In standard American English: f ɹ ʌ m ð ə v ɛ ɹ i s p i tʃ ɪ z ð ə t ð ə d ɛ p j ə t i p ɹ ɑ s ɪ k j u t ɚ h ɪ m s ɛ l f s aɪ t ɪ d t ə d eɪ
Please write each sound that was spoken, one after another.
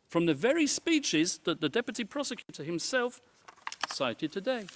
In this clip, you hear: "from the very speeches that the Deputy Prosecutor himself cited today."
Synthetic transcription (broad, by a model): f ɹ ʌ m ð ə v ɛ ɹ i s p i tʃ ɪ z ð ə t ð ə d ɛ p j ə t i p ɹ ɑ s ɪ k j u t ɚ h ɪ m s ɛ l f s aɪ t ɪ d t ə d eɪ